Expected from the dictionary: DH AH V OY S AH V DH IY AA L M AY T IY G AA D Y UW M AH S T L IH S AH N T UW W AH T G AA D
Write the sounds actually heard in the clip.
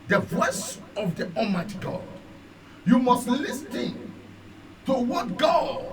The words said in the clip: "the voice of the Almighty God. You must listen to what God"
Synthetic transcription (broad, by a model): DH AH V OY S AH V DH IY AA M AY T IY G AA D Y UW M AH S T L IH S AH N T UW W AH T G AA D